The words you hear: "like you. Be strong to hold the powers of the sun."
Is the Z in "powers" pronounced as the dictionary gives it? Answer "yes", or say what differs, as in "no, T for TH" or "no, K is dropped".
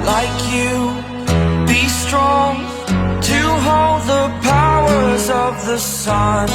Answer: yes